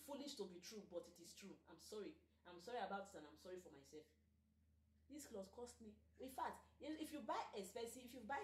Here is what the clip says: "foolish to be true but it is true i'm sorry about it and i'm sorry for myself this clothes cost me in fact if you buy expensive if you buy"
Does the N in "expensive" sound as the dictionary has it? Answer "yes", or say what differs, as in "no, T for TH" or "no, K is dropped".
no, N is dropped